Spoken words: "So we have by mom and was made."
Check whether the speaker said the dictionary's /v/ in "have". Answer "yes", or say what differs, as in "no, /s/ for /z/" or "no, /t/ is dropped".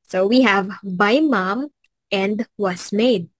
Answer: yes